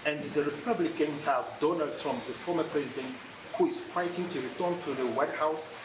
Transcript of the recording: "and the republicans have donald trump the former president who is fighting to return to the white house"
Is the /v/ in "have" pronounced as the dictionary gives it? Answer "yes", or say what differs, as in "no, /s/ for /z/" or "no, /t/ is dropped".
no, /f/ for /v/